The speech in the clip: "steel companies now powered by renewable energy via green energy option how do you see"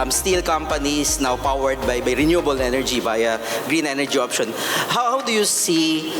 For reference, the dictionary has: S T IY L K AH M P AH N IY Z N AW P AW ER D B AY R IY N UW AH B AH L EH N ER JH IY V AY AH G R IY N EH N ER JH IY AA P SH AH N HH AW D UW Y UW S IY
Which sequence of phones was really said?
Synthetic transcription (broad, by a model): S T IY L K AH M P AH N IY S N AW P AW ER D B AY R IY N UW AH B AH L EH N ER JH IY B AY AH G R IY N EH N ER JH IY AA P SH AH N HH AW D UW Y UW S IY